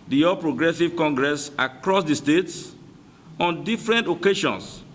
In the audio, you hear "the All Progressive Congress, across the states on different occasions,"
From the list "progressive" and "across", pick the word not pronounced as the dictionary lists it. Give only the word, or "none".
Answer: none